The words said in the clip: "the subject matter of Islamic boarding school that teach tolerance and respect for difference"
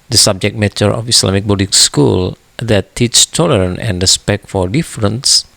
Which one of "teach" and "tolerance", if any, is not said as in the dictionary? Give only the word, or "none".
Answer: tolerance